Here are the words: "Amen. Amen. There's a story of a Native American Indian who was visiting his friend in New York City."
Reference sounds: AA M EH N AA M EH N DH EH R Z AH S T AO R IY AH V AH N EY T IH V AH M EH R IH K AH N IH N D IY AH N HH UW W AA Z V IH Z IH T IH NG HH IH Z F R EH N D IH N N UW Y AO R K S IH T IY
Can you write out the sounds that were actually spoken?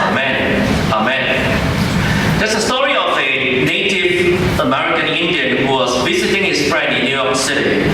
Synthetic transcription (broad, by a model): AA M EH N AA M EH N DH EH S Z AH S T AO R IY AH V AH N EY T IH V AH M EH R IH K AH N IH N D IY AH N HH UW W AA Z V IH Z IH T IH NG HH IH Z F R EH N D IH N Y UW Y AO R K S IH T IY